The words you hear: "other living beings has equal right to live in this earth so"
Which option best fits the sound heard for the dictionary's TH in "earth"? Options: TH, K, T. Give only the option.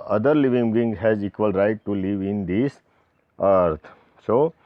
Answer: T